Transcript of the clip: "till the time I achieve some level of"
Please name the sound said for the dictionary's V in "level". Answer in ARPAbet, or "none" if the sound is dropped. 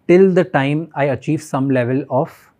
V